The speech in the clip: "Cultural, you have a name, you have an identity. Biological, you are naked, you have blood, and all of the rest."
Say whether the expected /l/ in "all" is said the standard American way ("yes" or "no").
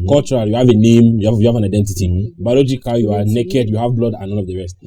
no